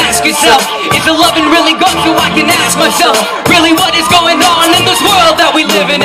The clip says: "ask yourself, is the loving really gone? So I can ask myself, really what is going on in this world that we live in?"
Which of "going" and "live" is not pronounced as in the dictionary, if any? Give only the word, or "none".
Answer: none